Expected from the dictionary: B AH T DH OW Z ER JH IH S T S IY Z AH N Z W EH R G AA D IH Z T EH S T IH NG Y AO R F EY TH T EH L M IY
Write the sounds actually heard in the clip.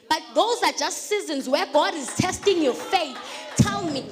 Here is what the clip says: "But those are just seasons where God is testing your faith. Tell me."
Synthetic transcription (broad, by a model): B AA T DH OW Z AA JH IH S T S IY Z AH N Z W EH G AA D IH Z T EH S T IH NG Y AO F EY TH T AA N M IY